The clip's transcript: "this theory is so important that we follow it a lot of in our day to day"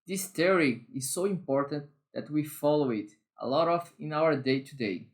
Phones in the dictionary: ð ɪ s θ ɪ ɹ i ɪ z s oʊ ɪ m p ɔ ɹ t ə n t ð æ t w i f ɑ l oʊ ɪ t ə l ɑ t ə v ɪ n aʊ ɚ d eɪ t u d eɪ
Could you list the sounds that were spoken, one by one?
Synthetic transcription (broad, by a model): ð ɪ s t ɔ ɹ i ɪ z s oʊ ɪ m p ɔ ɹ t ə n t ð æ t w i f ɑ l oʊ ɪ t ə l ɑ t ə f ɪ n aʊ ɚ d eɪ t u d eɪ